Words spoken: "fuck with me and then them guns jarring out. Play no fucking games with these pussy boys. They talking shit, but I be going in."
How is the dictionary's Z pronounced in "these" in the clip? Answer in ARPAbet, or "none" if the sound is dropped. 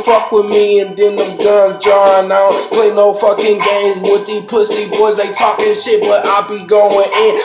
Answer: none